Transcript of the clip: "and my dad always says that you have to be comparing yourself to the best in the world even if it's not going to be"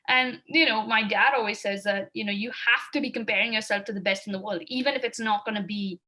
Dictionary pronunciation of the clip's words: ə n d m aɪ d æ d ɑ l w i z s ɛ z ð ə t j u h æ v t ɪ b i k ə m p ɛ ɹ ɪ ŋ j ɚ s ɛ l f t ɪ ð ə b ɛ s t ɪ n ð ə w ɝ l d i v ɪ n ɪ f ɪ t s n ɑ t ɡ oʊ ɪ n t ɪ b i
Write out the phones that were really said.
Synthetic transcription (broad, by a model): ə n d m aɪ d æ d ɑ l w i z s ɛ z ð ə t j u h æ f t ɪ b i k ə m p ɛ ɹ ɪ ŋ j ɚ s ɛ l f t ɪ ð ə b ɛ s t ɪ n ð ə w ɝ l d i v ɪ n ɪ f ɪ t s n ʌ t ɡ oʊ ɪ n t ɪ b i